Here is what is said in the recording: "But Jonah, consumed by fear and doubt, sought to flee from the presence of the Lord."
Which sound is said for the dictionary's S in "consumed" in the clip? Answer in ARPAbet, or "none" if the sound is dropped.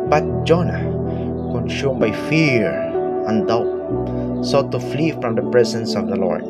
SH